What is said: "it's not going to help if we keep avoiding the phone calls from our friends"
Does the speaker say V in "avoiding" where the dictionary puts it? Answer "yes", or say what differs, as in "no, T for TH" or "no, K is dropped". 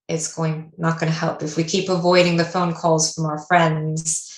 yes